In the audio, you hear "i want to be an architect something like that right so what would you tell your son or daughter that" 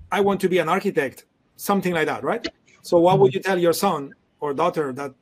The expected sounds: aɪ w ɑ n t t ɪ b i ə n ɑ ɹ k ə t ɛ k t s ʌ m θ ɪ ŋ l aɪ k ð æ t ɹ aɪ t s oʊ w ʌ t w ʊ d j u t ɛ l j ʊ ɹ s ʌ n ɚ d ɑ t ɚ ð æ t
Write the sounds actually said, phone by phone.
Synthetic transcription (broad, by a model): aɪ w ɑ n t t ɪ b i ə n ɑ ɹ k ə t ɛ k t s ʌ m θ ɪ ŋ l aɪ k ð æ t ɹ aɪ t s oʊ w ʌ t w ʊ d j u t ɛ l j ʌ ɹ s ʌ n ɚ d ɑ t ɚ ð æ t